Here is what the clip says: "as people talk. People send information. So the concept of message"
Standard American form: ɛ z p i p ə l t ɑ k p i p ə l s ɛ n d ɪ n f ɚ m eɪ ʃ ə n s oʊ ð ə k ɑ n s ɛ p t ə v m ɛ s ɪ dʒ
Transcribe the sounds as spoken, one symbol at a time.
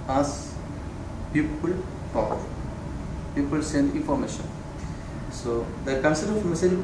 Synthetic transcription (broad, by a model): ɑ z p i p ə l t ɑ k p i p ə l s ɛ n d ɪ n f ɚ m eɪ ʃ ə n s oʊ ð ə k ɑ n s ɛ t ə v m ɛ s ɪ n